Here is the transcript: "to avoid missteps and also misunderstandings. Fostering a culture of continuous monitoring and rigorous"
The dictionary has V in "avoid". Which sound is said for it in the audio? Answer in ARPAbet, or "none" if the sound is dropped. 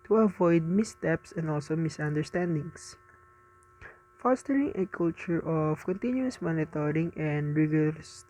V